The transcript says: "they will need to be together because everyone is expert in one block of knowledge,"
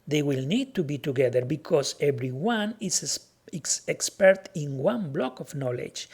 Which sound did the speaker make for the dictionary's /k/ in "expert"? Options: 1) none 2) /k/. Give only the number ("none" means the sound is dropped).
2